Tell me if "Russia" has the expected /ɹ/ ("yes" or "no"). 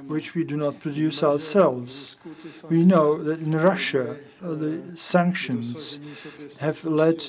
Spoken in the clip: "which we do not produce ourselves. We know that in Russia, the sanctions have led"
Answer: yes